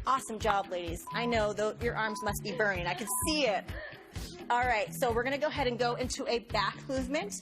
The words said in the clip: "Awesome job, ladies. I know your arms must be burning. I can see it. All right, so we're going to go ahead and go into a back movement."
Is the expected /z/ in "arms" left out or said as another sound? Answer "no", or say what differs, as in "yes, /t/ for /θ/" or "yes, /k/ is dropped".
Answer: no